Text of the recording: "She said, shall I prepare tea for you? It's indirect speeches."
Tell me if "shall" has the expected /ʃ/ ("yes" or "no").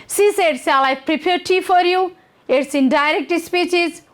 no